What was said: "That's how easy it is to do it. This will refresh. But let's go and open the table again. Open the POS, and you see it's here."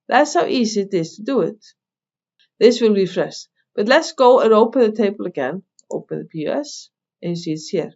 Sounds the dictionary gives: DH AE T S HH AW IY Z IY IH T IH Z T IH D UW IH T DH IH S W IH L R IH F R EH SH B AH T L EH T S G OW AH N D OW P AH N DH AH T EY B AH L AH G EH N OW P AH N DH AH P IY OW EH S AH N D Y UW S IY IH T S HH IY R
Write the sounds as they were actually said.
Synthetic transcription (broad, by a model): DH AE T S HH AW IY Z IY IH T IH Z T IH D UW IH T DH IH S W IH L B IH F R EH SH B AH T L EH T S G OW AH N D OW P AH N DH AH T EY B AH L AH G EH N OW P AH N DH AH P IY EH S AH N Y S IY IH T S HH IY R